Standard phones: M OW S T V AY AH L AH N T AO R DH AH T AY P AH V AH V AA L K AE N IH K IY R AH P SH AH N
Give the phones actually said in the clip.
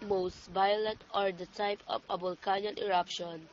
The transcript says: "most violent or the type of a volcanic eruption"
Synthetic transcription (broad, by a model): M OW S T V AY AH L AH N T AO R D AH T AY P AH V AH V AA L K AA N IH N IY R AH P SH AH N